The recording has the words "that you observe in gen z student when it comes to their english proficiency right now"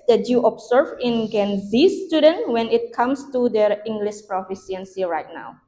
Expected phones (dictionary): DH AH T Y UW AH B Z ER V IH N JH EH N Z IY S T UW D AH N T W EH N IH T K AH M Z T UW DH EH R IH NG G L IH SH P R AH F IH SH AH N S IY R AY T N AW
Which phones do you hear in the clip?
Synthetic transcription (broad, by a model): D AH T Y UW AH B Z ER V IH N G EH N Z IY S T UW D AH N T W EH N IH T K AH M S T UW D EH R IH NG G L IH SH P R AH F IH S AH N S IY R AY T N AW